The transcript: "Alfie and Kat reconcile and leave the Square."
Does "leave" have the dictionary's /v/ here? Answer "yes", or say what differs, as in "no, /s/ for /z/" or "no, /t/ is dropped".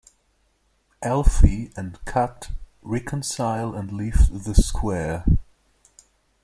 no, /f/ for /v/